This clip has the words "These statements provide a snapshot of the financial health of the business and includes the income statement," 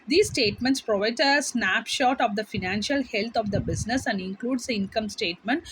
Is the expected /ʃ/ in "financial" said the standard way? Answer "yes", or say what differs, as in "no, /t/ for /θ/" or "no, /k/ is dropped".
yes